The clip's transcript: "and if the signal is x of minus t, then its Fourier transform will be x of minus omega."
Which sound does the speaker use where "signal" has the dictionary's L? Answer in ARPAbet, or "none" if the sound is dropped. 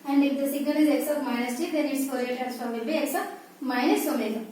N